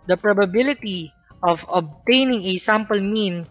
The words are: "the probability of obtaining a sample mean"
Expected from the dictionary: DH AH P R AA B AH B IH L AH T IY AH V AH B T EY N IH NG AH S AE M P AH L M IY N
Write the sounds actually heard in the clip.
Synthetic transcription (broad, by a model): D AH P R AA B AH B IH L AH T IY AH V AH B T EY N IH NG AH S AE M P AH L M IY N